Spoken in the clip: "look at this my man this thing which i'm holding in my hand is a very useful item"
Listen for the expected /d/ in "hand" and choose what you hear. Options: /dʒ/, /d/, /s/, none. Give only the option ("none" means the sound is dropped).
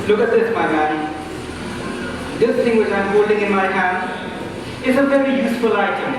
none